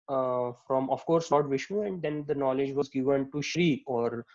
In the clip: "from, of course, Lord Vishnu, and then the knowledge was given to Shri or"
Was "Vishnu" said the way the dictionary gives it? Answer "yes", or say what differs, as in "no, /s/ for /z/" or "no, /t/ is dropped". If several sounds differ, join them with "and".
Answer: no, /n/ is dropped